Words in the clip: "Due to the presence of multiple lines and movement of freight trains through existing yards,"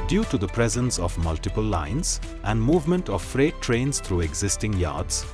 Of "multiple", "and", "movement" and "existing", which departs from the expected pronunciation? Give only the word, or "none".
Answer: none